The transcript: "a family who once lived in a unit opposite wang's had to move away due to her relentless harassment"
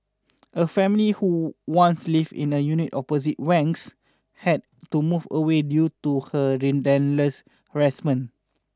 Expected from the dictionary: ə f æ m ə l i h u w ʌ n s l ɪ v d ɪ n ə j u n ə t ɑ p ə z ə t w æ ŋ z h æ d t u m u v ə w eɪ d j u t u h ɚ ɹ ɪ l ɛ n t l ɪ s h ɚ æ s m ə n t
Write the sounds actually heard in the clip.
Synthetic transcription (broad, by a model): ə f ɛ m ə l i h u w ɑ n s l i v ɪ n ə j u n ə t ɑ p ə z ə t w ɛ ŋ s h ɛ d t u m u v ə w eɪ d j u t u h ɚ ɹ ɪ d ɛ n l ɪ s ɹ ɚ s m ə n